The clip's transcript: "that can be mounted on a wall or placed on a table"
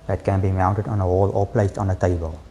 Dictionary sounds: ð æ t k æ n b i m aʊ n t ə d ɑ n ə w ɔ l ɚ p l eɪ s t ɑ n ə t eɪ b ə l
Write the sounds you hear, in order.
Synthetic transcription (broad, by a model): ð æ t k æ n b i m aʊ n t ə d ɑ n ə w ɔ l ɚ p l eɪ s ɑ n ə t eɪ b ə l